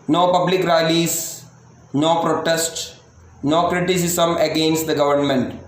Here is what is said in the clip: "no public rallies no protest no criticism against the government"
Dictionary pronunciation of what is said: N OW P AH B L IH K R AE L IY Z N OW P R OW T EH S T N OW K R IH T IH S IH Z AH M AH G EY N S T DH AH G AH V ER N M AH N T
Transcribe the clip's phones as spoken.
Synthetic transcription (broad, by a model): N OW P AH B L IH K R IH L IY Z N OW P R OW T EH S T N OW K R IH T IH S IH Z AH M AH G EY N S T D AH G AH V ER N M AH N T